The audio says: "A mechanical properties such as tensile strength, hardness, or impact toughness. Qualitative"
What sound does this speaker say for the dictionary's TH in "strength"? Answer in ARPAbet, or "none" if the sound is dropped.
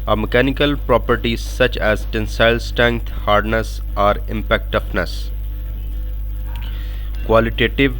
T